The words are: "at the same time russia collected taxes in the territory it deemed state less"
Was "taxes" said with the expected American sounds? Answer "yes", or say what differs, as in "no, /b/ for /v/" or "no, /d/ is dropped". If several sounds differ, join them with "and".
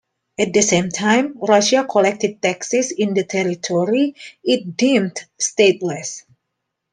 no, /s/ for /z/